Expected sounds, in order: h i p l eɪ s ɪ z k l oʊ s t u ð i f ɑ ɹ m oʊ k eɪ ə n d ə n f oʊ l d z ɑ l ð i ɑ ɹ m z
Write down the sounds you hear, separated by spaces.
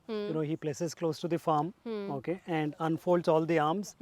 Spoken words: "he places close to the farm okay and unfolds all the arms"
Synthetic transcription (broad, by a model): h i p l eɪ s ɪ z k l oʊ s t u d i f ɑ ɹ m oʊ k eɪ ə n d ə n f oʊ l d z ɑ l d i ɑ ɹ m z